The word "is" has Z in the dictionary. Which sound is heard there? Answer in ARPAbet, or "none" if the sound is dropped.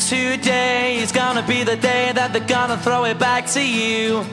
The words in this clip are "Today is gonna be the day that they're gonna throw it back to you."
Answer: Z